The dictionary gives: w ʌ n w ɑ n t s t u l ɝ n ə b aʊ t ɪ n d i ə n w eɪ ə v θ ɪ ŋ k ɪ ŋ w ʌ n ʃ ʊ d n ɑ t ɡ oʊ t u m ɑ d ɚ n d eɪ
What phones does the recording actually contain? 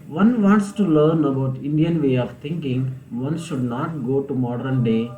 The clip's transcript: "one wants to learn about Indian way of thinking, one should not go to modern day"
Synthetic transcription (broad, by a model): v ʌ n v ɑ n t s t u l ɝ n ə b aʊ t ɪ n d i ə n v eɪ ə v t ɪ ŋ k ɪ ŋ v ʌ n ʃ ʊ d n ɑ t ɡ oʊ t u m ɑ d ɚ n d eɪ